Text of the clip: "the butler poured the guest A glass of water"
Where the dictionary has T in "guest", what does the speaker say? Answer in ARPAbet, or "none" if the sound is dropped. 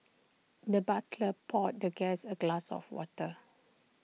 none